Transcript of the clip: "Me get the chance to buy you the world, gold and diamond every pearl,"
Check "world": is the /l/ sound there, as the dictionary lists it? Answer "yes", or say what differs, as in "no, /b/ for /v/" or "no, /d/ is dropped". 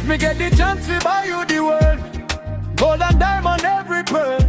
no, /l/ is dropped